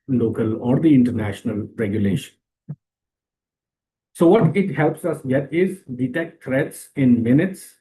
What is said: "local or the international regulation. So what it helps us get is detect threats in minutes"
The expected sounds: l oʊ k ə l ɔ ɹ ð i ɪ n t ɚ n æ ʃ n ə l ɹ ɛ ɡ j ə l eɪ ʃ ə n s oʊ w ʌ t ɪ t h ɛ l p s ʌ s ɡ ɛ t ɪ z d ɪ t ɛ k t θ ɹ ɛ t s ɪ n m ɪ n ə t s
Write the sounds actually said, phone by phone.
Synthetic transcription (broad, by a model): l oʊ k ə l ɔ ɹ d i ɪ n t ɚ n æ ʃ n ə l ɹ ɛ ɡ j ə l eɪ ʃ ə n s oʊ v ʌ t ɪ t h ɛ l p s ʌ s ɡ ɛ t ɪ z d ɪ t ɛ k t t ɹ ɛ t s ɪ n m ɪ n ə t s